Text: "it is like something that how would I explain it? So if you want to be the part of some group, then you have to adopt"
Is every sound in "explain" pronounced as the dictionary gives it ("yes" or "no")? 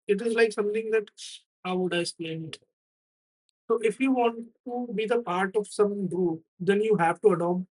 no